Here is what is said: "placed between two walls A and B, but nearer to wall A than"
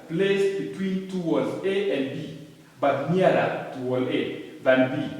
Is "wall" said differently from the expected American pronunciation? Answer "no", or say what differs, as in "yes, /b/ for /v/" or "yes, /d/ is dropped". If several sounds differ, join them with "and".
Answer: no